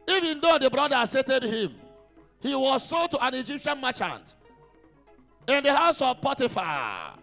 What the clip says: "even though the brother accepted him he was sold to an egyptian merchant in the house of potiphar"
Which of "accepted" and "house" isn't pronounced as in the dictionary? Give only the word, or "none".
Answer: accepted